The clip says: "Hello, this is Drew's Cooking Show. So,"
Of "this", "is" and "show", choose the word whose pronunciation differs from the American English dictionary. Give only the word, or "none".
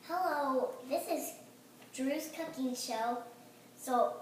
none